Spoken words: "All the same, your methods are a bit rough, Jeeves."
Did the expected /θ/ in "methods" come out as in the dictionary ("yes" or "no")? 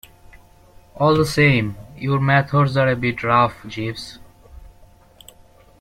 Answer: no